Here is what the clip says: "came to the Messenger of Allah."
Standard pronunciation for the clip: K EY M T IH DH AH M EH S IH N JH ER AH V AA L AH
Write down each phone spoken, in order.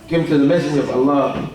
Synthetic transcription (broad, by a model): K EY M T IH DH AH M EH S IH JH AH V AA L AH